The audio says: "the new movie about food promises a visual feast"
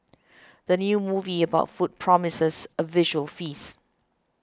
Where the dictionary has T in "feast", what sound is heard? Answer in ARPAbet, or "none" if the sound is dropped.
none